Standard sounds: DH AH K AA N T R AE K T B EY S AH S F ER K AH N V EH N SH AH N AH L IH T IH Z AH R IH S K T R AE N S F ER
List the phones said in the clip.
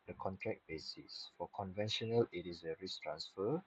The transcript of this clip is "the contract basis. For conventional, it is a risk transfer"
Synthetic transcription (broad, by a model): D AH K AA N T R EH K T B EY S AH S F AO K AH N V EH N SH AH N AH L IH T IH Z AH R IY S T R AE N S F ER